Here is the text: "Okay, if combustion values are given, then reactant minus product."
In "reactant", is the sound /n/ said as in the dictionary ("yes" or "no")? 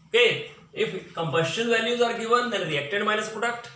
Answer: no